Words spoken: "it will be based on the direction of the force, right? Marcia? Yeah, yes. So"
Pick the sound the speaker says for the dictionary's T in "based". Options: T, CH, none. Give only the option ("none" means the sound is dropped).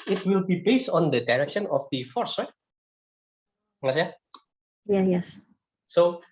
T